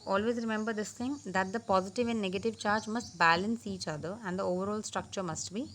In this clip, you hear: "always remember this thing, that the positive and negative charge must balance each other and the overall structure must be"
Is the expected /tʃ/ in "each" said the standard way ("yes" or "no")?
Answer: yes